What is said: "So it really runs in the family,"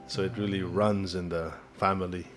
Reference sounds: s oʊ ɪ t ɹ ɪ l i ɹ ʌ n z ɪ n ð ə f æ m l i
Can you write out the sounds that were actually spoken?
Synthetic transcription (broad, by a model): s oʊ ɪ t ɹ ɪ l i ɹ ʌ n z ɪ n ð ə f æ m l i